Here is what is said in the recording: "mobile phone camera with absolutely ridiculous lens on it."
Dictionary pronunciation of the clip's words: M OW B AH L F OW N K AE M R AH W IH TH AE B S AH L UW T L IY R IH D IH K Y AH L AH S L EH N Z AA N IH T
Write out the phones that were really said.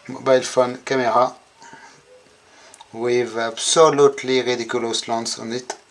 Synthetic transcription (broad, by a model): M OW B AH L F OW N K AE M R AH W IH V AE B S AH L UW T L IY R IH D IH K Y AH L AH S L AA N S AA N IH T